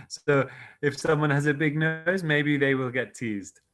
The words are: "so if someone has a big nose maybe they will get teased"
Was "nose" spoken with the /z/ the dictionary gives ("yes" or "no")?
yes